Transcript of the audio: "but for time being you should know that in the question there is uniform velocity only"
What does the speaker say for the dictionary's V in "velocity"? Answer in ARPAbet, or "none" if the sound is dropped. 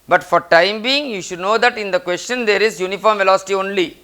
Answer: V